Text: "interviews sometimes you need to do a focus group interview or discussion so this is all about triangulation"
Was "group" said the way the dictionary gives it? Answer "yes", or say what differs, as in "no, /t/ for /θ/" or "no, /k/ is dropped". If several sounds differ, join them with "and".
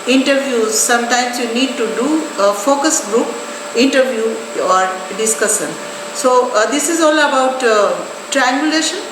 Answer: yes